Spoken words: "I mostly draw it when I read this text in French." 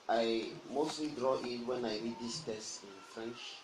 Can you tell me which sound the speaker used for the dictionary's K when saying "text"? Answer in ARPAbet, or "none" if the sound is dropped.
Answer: none